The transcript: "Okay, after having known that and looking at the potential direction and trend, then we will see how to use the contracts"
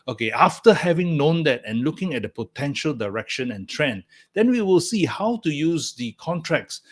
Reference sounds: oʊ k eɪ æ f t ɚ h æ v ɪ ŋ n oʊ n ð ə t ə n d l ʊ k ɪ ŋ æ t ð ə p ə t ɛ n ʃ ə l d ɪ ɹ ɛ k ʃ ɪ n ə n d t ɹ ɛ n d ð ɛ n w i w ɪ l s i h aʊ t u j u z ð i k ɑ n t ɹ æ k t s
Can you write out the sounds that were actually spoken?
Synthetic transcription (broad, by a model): oʊ k eɪ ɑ f t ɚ h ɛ v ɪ ŋ n oʊ n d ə t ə n l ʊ k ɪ ŋ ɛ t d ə p ə t ɛ n ʃ ə l d ɪ ɹ ɛ k ʃ ɪ n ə n t ɹ ɛ n d ɛ n w i w ɪ l s i h aʊ t u j u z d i k ɑ n t ɹ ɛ k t s